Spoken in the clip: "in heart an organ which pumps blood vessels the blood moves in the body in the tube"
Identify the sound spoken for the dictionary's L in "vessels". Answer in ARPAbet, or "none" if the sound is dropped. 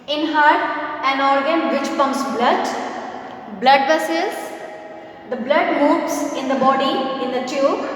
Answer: none